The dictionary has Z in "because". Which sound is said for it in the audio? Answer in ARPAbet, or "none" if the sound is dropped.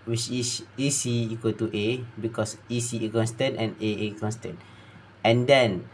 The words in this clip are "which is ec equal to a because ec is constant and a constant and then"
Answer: S